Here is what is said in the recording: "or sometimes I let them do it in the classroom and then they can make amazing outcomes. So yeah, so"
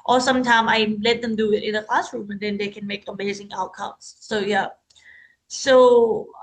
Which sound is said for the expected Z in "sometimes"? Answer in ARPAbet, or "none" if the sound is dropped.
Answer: none